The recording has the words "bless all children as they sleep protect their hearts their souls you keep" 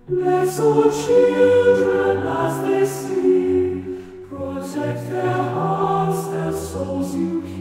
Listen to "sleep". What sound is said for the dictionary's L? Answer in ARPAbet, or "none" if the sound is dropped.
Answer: none